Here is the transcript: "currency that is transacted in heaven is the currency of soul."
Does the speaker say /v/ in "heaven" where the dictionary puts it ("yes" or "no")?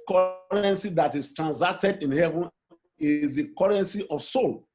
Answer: yes